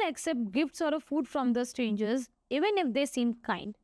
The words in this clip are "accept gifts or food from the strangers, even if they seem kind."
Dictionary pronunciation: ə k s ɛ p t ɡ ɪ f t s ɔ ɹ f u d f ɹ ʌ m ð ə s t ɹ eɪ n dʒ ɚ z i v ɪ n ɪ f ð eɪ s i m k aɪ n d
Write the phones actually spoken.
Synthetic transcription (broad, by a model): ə k s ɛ p t ɡ ɪ f t s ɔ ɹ f u d f ɹ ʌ m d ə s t eɪ n dʒ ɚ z i v ɪ n ɪ f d eɪ s i m k aɪ n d